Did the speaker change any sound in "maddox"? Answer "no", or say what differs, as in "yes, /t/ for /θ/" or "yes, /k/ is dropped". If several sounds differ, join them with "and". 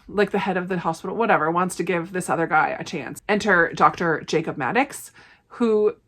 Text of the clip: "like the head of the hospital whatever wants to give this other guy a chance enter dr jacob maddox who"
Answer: no